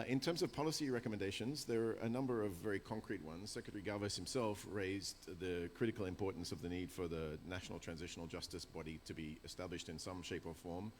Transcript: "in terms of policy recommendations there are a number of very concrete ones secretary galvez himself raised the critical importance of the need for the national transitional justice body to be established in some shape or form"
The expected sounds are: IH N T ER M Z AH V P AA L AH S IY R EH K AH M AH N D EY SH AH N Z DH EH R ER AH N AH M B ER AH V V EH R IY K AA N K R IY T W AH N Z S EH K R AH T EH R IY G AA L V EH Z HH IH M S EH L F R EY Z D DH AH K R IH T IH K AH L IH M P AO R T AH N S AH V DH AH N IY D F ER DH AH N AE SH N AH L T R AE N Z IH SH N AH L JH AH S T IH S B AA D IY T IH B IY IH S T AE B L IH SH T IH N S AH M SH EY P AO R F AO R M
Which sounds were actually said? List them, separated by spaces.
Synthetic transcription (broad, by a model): IH N T ER M Z AH V P AA L AH S IY R EH K AH M AH N D EY SH AH N Z DH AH R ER AH N AH M B ER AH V V EH R IY K AA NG K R IY T W AH N Z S EH K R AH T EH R IY G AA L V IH S HH IH M S EH L F R EY Z DH AH K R IH T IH K L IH M P AO R T N S AH V DH AH N IY D F ER DH AH N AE SH N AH L T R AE N Z IH SH N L JH AH S T IH S B AA D IY T IH B IY IH S T AE B L IH SH T IH N S AH M SH EY P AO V F AO R M